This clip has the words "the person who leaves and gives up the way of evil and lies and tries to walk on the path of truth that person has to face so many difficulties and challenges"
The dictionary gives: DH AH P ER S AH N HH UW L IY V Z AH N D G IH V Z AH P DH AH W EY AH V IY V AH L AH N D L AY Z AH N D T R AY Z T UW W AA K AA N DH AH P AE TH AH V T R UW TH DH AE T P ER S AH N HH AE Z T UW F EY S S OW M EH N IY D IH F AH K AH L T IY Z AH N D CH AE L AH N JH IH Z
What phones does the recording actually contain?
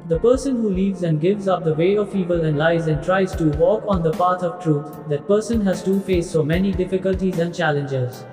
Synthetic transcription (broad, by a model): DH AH P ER S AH N HH UW L IY V Z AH N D G IH V Z AH P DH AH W EY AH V IY V AH L AH N D L AY Z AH N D T R AY Z T UW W AA K AA N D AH P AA T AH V T R UW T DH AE T P ER S AH N HH AE Z T UW F EY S S OW M EH N IY D IH F AH K AH L T IY Z AH N D CH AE L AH N JH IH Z